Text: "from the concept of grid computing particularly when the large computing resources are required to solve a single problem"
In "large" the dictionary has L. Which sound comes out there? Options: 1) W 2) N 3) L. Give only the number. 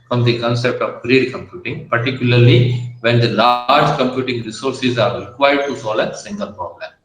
3